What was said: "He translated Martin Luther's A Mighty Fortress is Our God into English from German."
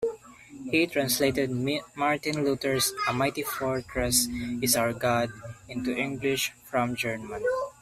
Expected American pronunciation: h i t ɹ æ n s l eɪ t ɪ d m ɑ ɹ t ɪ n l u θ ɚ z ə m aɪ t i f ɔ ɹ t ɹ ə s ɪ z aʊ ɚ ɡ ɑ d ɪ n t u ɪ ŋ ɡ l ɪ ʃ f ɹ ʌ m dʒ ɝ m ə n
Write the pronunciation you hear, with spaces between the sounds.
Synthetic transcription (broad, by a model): h i t ɹ æ n s l eɪ t ɪ d m ɑ ɹ t ɪ n l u t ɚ s ə m aɪ t i f ɔ ɹ t ɹ ə s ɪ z aʊ ɚ ɡ ɑ d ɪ n t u ɪ ŋ ɡ l ɪ ʃ f ɹ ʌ m dʒ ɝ m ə n